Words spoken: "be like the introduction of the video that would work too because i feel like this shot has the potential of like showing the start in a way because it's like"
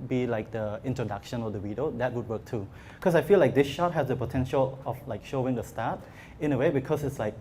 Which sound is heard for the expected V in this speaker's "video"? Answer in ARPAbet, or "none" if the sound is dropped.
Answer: W